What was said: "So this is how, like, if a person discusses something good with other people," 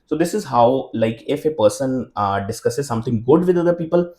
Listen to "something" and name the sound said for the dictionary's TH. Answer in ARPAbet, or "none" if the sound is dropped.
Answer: T